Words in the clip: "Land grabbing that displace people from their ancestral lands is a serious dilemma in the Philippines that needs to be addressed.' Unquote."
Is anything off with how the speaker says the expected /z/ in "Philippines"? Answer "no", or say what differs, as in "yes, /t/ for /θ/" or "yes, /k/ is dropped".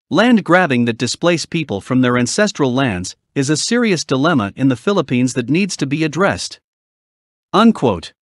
no